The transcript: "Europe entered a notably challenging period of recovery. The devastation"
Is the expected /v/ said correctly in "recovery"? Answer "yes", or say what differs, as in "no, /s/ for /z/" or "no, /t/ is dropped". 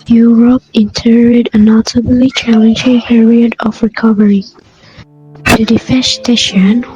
yes